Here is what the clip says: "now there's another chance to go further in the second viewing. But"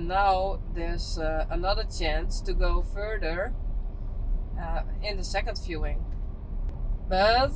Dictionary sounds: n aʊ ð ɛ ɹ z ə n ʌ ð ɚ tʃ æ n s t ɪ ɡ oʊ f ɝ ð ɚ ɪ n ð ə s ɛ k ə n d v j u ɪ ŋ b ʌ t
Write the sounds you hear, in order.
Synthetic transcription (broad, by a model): n aʊ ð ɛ ɹ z ə n ʌ ð ɚ tʃ æ n s t ɪ ɡ oʊ f ɝ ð ɚ ɪ n ð ə s ɛ k ə n d f j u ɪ ŋ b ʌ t